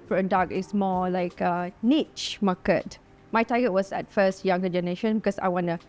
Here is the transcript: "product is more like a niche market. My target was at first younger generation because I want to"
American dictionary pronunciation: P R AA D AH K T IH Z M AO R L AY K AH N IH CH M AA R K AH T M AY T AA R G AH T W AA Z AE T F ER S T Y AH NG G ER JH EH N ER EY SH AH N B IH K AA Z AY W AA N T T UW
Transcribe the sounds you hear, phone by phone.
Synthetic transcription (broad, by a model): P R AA D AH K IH S M AO L AY K AH N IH CH M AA K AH T M AY T AA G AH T W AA S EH T F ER S T Y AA NG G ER JH EH N ER EY SH AH N B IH K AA S AY W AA N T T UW